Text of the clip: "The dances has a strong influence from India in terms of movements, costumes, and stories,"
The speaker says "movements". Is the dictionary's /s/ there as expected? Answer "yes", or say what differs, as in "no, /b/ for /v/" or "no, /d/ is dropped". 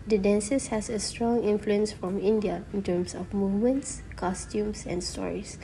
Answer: yes